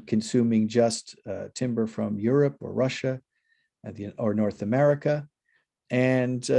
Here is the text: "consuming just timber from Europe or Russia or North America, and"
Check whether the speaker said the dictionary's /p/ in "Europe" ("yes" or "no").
yes